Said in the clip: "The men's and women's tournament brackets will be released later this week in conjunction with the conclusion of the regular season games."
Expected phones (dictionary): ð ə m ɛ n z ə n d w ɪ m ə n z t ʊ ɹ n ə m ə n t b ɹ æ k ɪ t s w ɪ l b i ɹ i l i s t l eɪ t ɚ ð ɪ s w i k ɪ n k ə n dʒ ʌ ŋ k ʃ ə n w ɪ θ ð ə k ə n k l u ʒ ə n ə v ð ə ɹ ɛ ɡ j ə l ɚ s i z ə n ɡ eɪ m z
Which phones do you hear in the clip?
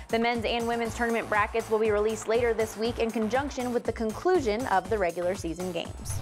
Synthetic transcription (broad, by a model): ð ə m ɛ n z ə n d w ɪ m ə n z t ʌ ɹ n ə m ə n b ɹ æ k ɪ t s w ɪ l b i ɹ i l i s t l eɪ t ɚ ð ɪ s w i k ɪ n k ə n dʒ ʌ ŋ k ʃ ə n w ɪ ð ə k ə n k l u ʒ ə n ə v ð ə ɹ ɛ ɡ j l ɚ s i z ə n ɡ eɪ m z